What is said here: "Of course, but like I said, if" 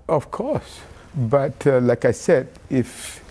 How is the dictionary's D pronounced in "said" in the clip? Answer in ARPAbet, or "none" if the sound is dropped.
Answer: D